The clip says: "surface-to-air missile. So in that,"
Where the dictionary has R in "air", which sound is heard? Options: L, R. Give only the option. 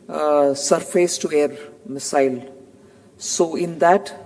R